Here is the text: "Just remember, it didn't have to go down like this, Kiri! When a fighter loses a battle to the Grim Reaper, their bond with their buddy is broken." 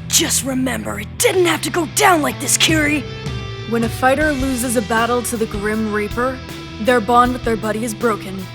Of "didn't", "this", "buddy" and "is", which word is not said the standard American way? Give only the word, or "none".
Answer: none